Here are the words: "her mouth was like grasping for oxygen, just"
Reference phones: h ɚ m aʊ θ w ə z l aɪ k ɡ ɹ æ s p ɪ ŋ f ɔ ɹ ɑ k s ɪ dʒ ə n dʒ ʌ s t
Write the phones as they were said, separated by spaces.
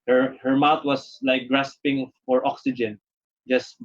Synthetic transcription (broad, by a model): h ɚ m aʊ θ w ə s l aɪ k ɡ ɹ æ s p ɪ ŋ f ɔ ɹ ɑ k s ɪ dʒ ə n dʒ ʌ s t